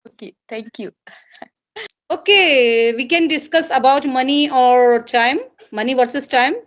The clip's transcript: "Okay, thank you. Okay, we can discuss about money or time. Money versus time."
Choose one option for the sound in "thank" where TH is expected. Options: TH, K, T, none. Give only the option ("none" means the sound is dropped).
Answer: T